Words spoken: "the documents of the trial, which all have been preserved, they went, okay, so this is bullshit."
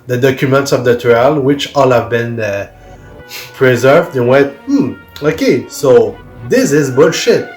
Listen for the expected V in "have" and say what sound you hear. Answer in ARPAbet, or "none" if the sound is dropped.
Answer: V